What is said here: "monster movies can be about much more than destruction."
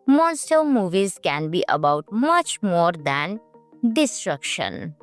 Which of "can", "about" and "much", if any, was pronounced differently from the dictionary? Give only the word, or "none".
none